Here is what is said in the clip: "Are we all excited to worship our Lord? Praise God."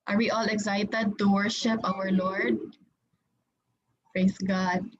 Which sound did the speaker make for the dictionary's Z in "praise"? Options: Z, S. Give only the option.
S